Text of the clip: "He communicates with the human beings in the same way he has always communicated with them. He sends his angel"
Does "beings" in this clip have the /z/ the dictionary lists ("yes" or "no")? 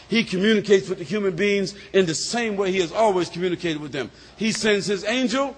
yes